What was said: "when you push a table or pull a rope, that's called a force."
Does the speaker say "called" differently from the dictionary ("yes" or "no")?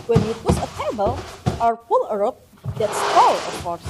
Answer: yes